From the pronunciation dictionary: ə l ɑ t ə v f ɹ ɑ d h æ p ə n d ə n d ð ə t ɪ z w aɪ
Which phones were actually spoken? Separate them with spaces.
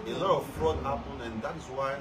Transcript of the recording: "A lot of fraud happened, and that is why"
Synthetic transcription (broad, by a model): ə l ɑ t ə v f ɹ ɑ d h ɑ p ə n ə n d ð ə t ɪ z w aɪ